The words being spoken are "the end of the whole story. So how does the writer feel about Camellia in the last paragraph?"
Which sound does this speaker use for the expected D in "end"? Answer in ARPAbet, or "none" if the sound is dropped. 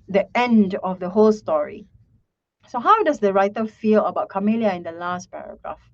D